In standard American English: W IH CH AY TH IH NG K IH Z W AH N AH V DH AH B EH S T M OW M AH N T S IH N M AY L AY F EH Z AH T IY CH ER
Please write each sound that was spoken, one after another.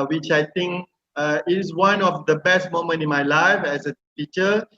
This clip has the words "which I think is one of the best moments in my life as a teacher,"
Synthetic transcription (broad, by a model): W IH CH AY T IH NG K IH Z W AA N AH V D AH B EH S T M OW M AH N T IH N M AY L AY F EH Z AH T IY CH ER